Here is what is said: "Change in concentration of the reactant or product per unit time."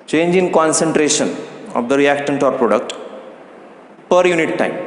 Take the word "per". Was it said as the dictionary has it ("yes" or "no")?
yes